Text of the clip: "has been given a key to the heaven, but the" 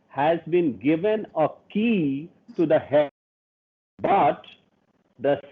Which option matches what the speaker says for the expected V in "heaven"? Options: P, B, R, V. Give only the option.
B